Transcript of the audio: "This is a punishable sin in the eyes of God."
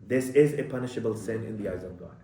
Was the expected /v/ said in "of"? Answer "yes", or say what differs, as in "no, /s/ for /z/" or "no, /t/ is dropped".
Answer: yes